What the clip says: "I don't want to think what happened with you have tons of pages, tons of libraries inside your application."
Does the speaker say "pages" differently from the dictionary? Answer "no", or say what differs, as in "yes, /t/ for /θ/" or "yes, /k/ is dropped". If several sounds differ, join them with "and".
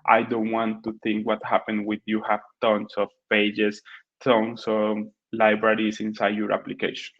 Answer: yes, /s/ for /z/